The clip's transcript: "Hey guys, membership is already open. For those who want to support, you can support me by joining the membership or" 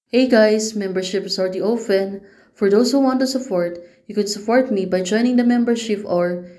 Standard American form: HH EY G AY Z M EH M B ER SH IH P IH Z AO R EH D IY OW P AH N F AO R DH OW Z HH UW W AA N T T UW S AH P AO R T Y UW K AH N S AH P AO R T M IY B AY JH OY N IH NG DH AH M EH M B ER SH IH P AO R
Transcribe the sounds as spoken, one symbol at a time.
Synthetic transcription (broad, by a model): HH EY G AY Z M EH M B ER SH IH P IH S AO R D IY OW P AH N F AO R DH OW S HH UW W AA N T T UW S AH P AO R T Y UW K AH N S AH P AO R T M IY B AY JH OY N IH NG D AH M EH M B ER SH IH P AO R